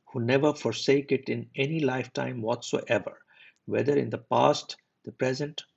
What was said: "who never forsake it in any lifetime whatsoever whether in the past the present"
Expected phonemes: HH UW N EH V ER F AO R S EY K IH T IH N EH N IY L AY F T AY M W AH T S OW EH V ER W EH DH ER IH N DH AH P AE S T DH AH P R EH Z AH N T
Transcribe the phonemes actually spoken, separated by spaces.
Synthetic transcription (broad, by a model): HH UW N EH V ER F AO R S EY K IH T IH N EH N IY L AY F T AY M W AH T S OW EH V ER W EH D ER IH N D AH P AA S T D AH P R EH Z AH N T